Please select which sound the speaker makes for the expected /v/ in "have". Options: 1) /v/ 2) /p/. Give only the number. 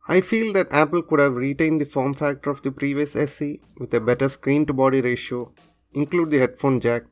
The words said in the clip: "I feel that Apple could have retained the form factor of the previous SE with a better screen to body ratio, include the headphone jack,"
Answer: 1